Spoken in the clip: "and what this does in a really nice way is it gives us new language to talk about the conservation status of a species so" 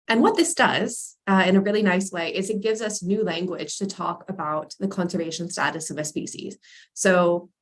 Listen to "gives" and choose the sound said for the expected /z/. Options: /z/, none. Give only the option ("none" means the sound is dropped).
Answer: /z/